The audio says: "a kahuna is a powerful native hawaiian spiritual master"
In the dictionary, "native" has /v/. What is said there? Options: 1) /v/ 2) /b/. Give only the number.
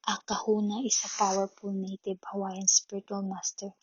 2